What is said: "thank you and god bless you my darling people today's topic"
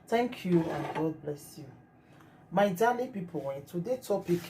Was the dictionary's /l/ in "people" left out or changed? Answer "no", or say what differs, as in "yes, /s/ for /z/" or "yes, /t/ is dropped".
yes, /n/ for /l/